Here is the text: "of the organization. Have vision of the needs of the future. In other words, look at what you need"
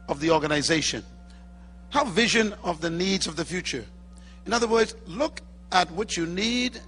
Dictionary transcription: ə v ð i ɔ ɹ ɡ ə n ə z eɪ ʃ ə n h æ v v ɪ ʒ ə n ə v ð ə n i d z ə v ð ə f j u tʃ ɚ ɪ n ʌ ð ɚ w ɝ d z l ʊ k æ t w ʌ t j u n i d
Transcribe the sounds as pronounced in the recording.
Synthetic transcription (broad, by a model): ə v ð i ɔ ɹ ɡ ə n ə z eɪ ʃ ə n h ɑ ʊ v ɪ ʒ ə n ə v ð ə n i d z ə v ð ə f j u tʃ ɚ ɪ n ʌ ð ɚ w ɝ d z l ʊ k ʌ t w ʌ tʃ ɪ n i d